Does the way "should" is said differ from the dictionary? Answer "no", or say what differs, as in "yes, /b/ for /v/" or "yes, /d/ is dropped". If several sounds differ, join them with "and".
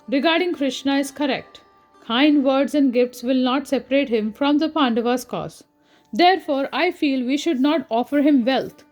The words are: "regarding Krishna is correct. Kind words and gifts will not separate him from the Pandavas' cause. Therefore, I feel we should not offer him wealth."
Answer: no